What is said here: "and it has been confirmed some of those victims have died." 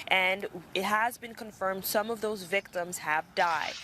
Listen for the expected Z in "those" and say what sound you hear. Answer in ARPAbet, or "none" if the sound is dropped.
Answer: Z